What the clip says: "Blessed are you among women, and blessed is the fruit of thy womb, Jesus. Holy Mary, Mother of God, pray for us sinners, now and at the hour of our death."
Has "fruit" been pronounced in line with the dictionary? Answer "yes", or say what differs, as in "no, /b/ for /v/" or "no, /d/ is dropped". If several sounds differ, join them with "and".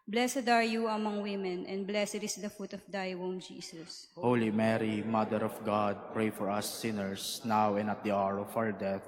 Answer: no, /ɹ/ is dropped